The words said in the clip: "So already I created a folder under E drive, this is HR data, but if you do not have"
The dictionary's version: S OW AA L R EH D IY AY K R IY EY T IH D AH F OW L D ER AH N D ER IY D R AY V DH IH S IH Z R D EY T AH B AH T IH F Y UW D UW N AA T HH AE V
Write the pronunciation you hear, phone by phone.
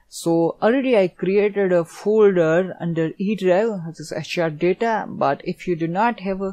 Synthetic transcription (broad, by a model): S OW AA L R EH D IY AY K R IY EY T IH D AH F OW L D ER AH N D ER IY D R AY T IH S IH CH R D EY T AH B AH T IH F Y UW D UW N AA T HH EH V